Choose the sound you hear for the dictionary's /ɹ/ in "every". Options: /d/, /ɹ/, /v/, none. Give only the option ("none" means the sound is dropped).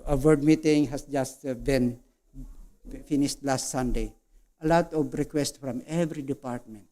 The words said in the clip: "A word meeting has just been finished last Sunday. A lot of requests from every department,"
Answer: /ɹ/